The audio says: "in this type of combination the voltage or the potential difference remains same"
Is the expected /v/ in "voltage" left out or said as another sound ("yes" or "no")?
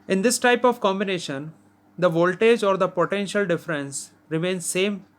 no